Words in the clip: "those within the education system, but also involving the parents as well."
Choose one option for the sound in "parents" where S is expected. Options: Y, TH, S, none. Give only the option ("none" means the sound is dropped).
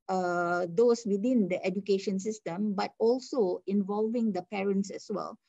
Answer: S